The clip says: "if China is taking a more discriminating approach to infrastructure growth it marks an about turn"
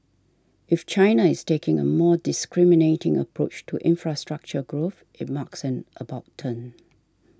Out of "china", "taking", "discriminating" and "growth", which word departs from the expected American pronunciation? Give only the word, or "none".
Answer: none